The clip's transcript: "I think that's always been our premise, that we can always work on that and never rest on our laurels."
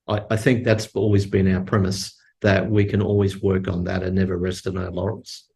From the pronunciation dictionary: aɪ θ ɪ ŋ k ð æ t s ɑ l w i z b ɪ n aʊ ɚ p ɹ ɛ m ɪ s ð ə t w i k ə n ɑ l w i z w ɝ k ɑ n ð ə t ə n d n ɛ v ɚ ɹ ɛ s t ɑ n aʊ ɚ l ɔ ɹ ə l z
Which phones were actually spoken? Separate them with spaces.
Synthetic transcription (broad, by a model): aɪ θ ɪ ŋ k ð æ t s ɑ l w i z b ɪ n aʊ ɚ p ɹ ɛ m ɪ s ð ə t w i k ə n ɑ l w i z w ɝ k n ð ə t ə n n ɛ v ɚ ɹ ɛ s t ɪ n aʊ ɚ l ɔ ɹ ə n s